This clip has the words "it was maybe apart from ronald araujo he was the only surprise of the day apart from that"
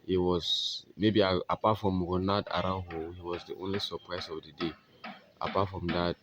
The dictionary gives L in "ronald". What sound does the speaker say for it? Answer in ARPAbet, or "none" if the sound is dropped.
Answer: none